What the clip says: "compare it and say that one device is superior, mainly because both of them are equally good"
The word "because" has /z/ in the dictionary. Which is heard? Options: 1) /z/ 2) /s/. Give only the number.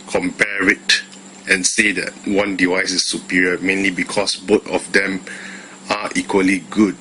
2